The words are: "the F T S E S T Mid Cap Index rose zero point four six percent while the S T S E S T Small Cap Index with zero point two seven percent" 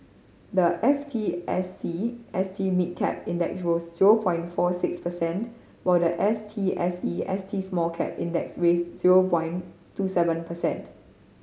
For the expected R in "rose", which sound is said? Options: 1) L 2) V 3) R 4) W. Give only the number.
4